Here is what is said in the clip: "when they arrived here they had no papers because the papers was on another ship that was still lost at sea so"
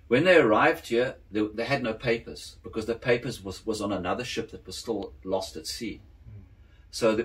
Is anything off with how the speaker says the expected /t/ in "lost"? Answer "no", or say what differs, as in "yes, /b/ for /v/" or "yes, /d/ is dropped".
no